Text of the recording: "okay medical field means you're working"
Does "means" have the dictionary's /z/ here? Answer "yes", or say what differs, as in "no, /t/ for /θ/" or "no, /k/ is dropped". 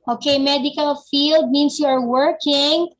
no, /s/ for /z/